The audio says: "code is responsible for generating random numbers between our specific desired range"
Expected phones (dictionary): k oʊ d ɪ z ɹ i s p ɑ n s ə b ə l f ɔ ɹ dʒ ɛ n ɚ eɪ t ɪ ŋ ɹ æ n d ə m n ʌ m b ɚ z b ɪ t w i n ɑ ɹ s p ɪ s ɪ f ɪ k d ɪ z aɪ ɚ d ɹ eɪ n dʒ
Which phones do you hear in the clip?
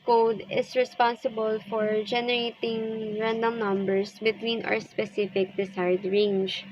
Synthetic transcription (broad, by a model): k oʊ d ɪ s ɹ i s p ɑ n s ə b ə l f ɔ ɹ dʒ ɛ n ɚ eɪ t ɪ ŋ ɹ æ n d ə m n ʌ m b ɚ s b ɪ t w i n ɑ ɹ s p ɪ s ɪ f ɪ k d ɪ s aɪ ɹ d ɹ eɪ n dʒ